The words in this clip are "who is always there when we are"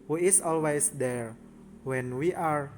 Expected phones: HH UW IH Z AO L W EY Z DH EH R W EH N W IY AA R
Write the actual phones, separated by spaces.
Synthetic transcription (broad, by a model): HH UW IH S AO L W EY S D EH R W EH N W IY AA R